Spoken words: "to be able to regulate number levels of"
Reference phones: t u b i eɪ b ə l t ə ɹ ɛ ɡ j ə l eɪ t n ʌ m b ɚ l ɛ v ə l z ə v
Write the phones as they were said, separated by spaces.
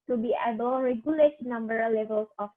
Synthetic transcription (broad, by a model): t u b i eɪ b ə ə ɹ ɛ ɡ j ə l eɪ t n ʌ m b ɚ l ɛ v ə l s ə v